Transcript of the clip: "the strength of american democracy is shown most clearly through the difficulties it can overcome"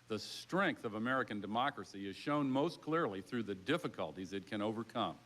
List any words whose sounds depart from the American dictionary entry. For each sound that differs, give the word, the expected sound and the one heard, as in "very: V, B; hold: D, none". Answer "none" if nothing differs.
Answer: none